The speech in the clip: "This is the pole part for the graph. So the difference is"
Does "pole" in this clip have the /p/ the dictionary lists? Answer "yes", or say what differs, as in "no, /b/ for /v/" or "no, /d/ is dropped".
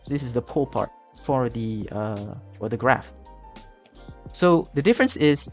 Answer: yes